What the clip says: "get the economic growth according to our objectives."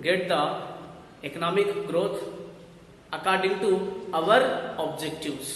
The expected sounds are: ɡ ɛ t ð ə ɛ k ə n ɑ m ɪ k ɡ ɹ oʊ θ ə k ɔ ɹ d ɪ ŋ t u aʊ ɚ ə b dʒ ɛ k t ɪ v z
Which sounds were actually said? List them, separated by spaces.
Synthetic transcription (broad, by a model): ɡ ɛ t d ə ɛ k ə n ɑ m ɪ k ɡ ɹ oʊ t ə k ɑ ɹ d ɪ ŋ t u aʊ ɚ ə b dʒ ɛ k t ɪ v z